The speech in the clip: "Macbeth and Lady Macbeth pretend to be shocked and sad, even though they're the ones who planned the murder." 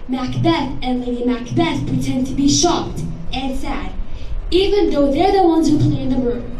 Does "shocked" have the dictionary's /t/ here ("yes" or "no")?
yes